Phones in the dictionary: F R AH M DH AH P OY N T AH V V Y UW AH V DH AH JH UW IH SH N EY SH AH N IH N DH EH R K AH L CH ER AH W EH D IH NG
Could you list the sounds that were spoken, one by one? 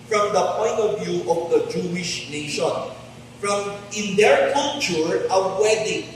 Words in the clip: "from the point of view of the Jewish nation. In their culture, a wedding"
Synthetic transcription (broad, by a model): F R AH M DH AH P OY N T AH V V Y UW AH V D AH JH UW IH SH N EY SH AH N IH N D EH R K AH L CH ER AH W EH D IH NG